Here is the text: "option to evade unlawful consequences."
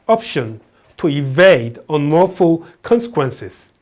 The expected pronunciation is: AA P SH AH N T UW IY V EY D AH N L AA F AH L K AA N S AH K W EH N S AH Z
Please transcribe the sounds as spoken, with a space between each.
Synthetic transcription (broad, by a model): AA P SH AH N T UW IY V EY D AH N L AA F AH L K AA N S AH K W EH N S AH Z